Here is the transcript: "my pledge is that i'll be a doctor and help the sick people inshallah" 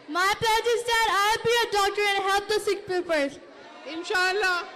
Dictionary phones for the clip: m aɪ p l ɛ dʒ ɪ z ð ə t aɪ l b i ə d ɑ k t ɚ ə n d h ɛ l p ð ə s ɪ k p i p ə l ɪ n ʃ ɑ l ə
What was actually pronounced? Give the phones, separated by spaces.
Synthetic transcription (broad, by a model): m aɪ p ɛ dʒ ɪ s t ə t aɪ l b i ə d ɑ k t ɚ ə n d h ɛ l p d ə s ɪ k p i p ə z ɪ n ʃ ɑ l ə